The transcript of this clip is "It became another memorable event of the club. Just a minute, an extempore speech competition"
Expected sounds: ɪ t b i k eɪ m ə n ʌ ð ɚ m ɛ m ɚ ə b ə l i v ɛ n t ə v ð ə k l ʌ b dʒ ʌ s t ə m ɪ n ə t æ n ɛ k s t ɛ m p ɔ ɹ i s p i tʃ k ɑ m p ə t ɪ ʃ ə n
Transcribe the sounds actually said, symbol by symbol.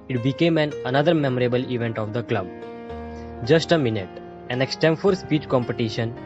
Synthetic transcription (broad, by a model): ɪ t b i k eɪ m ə n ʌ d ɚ m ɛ m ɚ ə b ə l i v ɛ n t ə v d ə k l ʌ b dʒ ʌ s t ə m ɪ n ə t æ n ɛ k s t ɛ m f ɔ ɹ s p i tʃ k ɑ m p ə t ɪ ʃ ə n